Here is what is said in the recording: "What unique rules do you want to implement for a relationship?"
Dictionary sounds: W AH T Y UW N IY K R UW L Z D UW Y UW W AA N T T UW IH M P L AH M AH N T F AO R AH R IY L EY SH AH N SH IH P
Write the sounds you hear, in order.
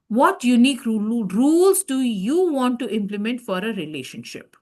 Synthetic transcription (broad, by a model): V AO T Y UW N IY K R UW L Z D UW Y UW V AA N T T UW IH M P L AH M AH N T F AO R AH R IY L EY SH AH N SH IH P